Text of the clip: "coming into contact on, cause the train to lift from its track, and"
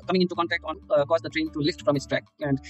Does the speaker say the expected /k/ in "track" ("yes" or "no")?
yes